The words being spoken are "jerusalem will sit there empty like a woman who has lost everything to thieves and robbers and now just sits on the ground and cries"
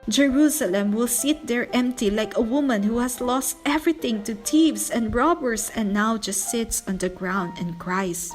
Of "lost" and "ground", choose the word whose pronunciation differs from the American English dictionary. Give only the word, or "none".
none